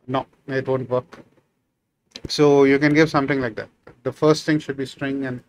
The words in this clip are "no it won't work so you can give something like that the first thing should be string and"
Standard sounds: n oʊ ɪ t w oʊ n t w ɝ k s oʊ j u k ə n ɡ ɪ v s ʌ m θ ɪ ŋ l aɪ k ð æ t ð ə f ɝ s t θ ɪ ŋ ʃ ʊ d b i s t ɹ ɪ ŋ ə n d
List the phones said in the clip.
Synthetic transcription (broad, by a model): n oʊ ɪ t w oʊ n t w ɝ k s oʊ j u k ə n ɡ ɪ v s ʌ m t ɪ ŋ l aɪ k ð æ t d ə f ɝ s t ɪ ŋ ʃ ʊ d b i s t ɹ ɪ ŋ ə n